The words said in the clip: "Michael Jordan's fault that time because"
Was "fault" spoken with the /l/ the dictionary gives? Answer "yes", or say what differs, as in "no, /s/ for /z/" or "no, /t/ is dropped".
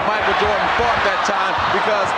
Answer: no, /l/ is dropped